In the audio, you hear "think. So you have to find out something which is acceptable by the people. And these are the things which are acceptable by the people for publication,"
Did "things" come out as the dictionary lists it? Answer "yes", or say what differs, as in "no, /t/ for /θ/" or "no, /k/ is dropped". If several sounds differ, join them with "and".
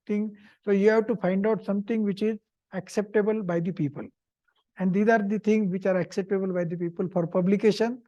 no, /t/ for /θ/